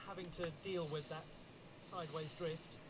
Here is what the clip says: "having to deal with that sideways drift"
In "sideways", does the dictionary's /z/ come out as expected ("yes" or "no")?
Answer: yes